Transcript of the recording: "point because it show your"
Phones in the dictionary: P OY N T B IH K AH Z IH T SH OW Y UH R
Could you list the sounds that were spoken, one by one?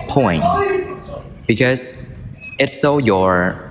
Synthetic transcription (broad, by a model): P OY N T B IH K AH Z IH T S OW Y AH R